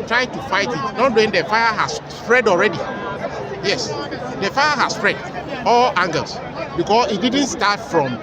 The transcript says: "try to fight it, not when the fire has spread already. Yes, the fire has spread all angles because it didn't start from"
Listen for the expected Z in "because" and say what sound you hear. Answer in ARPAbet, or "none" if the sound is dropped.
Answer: S